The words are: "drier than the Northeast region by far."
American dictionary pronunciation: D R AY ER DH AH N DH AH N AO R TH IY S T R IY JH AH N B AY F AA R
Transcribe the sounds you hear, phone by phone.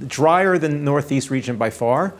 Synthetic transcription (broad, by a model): D R AY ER AH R DH AH N AO R TH IY S T R IY JH AH N B AY F AA R